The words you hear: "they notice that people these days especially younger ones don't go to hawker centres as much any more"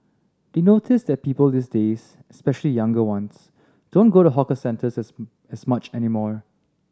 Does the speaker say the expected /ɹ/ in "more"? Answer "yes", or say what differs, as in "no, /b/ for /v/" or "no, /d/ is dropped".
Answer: yes